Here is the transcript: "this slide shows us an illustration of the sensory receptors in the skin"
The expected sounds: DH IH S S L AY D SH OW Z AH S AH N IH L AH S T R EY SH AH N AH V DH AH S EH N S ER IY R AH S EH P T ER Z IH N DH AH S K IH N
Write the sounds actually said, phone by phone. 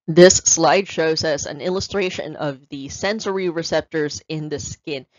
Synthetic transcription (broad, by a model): DH IH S S L AY D SH OW Z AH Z AH N IH L AH S T R EY SH AH N AH V DH AH S EH N S ER IY R AH S EH P T ER Z IH N DH AH S K IH N